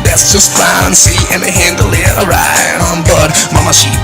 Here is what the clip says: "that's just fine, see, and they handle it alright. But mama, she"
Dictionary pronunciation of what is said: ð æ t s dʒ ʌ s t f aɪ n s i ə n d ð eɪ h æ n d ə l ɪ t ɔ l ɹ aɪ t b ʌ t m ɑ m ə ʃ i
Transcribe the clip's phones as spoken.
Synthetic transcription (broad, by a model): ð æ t s dʒ ʌ s t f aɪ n s i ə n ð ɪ h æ n d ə l ɪ t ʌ ɹ aɪ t b ʌ t m ɑ m ə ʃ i